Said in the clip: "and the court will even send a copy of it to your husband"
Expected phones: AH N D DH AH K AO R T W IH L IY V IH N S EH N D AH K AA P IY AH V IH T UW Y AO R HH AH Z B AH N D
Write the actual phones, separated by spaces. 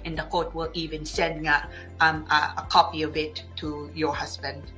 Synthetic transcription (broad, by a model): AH N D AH K AO T W IH L IY V IH N S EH N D AH K AA P IY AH B IH T UW Y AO HH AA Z B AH N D